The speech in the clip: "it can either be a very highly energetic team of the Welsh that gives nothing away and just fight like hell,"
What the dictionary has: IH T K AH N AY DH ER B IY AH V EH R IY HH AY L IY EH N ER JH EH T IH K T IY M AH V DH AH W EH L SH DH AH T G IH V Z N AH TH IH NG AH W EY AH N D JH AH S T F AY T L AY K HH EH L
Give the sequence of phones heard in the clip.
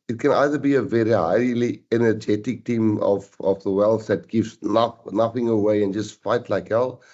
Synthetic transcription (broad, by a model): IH T K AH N AY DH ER B IY AH V EH R IY HH AY L IY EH N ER JH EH T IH K T IY M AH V DH AH W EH L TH DH AH T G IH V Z N AH TH IH NG AH W EY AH N JH AH S T F AY T L AY K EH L